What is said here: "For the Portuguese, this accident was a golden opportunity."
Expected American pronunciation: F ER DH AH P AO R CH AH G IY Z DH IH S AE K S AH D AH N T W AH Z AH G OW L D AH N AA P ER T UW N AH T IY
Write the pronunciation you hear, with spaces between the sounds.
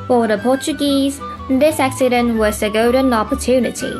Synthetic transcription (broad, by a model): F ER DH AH P AO CH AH G IY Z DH IH S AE K S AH D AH N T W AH S AH G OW D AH N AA P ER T UW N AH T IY